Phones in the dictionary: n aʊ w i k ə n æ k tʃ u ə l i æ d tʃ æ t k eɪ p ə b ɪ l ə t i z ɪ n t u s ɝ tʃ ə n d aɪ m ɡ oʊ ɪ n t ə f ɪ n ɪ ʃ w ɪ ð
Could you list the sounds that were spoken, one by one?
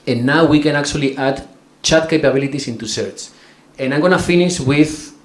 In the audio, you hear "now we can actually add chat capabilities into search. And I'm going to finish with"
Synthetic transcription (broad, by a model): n aʊ w i k ə n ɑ k tʃ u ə l i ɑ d tʃ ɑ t k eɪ p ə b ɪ l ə t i s ɪ n t u s ɝ tʃ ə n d aɪ m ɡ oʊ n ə f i n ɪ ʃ w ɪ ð